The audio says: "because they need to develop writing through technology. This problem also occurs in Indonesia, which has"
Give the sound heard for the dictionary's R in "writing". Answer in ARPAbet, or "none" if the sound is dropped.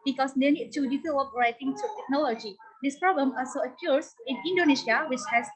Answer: R